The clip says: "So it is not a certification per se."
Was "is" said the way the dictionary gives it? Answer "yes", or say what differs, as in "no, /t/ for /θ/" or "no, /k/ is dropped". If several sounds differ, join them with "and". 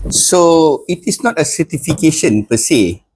no, /s/ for /z/